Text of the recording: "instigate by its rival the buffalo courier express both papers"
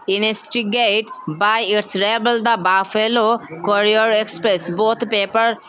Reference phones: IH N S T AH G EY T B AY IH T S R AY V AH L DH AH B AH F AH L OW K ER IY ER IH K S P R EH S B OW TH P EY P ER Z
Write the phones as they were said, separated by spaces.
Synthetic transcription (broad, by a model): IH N S T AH G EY T B AY IH T S R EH B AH L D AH B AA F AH L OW K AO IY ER IH K S P R EH S B OW T P EY P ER